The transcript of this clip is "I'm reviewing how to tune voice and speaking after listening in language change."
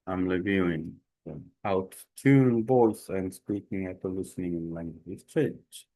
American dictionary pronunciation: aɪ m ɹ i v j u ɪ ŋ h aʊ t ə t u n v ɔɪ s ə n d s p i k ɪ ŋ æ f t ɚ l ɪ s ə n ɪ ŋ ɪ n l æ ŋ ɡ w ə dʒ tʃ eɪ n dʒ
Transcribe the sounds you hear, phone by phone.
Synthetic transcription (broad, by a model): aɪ m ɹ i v j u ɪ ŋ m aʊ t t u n b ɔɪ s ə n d s p i k ɪ ŋ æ t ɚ l ɪ s ə n ɪ ŋ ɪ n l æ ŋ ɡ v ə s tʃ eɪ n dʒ